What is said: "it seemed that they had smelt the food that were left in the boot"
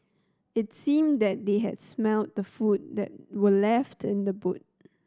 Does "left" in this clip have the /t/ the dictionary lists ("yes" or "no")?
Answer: yes